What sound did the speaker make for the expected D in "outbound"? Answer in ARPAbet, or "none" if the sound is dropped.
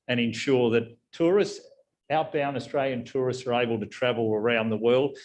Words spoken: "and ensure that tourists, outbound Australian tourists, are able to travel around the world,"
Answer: none